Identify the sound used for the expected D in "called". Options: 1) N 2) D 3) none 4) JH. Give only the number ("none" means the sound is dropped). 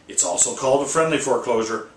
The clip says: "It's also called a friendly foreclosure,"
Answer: 2